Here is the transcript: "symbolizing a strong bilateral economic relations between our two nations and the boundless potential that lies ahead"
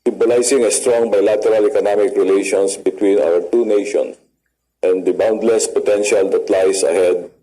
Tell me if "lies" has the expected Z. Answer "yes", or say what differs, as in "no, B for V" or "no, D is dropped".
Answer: no, S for Z